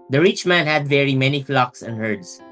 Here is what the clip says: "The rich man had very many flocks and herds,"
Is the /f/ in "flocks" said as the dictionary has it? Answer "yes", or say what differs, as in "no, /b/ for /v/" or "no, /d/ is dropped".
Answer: yes